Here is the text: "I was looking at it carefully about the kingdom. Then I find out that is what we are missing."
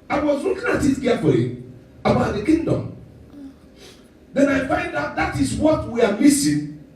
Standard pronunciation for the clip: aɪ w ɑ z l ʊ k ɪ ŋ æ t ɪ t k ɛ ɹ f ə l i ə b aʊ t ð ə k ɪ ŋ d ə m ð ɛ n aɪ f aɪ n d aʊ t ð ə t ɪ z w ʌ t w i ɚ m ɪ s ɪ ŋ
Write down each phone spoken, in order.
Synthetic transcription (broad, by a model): aɪ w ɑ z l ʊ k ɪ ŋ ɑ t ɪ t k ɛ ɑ f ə i ə b aʊ t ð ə k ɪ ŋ d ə m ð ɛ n aɪ f aɪ n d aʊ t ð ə t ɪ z w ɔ t w i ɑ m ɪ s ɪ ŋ